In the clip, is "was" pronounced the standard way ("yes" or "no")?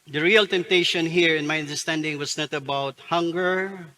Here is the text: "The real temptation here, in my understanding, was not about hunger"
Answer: no